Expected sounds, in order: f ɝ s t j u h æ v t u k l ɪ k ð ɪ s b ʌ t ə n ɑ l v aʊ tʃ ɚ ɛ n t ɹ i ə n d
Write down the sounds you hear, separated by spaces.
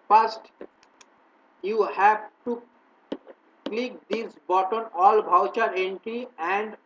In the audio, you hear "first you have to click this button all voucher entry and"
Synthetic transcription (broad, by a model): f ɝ s t j u h æ v t u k l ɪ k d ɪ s b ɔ t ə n ɑ l b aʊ tʃ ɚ ɛ n t ɹ i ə n d